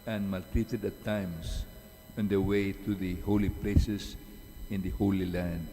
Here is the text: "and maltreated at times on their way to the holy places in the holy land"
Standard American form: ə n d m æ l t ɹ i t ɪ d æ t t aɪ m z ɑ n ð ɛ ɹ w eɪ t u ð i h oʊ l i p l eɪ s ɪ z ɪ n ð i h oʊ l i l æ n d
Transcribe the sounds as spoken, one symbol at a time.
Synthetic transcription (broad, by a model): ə n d m æ l t ɹ i t ɪ d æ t t aɪ m s ɑ n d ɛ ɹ w eɪ t u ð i h oʊ l i p l eɪ s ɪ s ɪ n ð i h oʊ l i l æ n d